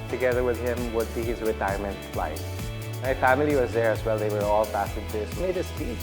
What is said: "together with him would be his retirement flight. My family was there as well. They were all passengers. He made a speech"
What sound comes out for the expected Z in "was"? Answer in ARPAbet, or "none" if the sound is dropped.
Z